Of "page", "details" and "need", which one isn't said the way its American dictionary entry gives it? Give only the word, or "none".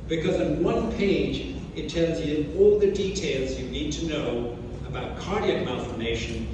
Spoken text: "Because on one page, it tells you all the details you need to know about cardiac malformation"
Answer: none